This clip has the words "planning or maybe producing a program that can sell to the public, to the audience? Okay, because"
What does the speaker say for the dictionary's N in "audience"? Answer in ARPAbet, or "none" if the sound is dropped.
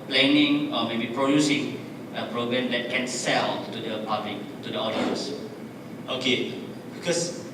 none